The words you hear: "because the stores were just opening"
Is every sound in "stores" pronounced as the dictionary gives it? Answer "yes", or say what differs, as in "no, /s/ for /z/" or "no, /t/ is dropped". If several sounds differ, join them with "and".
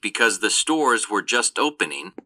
yes